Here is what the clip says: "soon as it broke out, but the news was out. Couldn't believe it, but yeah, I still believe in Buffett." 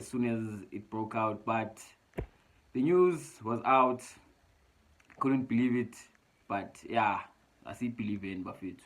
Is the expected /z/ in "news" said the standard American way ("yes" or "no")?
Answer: yes